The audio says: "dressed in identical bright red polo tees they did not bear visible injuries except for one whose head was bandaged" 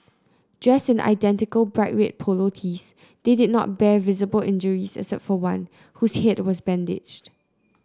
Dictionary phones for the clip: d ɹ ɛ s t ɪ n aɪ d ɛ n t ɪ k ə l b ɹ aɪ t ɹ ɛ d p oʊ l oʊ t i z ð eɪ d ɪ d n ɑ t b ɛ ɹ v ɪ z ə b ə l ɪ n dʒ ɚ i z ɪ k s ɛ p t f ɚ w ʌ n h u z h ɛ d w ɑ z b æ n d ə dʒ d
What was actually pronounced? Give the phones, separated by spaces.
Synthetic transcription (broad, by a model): d ɹ ɛ s t ɪ n aɪ d ɛ n t ɪ k ə l b ɹ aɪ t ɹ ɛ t p oʊ l oʊ t i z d eɪ d ɪ d n ɑ t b ɛ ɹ v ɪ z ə b ə l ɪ n dʒ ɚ i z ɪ s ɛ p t f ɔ w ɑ n h u s h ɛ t w ɑ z b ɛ n d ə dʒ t